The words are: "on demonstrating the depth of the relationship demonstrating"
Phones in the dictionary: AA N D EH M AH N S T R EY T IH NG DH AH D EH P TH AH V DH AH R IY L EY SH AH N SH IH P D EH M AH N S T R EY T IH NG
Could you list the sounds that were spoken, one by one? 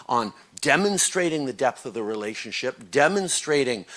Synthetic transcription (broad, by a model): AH N D EH M AH N S T R EY T IH NG DH AH D EH P TH AH V DH AH R IY L EY SH AH N SH IH P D EH M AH N S T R EY T IH NG